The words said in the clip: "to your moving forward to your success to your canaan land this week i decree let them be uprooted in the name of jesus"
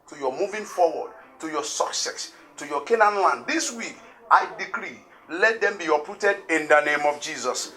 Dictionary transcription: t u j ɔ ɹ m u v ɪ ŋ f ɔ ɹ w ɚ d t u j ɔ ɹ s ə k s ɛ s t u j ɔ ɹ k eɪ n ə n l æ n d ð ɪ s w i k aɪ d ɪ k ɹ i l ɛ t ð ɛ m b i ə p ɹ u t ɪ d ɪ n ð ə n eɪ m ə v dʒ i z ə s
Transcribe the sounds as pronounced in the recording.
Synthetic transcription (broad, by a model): t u j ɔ m u v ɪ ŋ f ɔ w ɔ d t u j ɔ s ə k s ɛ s t u j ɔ k eɪ n ə n l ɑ n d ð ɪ s w i k aɪ d ɪ k ɹ i l ɛ t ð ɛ m b i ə p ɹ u t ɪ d ɪ n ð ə n eɪ m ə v dʒ i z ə s